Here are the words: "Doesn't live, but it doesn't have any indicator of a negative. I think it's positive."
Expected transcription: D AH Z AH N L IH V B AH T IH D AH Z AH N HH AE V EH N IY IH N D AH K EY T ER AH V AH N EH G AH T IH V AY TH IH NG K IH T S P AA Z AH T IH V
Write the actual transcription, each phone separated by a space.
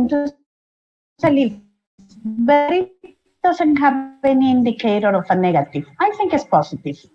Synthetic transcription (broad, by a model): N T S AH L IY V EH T IH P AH S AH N HH AE V EH N IY IH N D AH K EY T ER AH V AH N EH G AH T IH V AY T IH NG K IH T S P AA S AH T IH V